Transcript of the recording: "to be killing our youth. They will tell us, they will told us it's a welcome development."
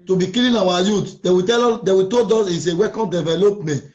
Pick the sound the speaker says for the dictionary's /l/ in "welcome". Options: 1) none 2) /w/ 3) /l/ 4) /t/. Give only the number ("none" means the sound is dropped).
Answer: 1